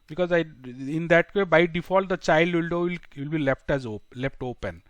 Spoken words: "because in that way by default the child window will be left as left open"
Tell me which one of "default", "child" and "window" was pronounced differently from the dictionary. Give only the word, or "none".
window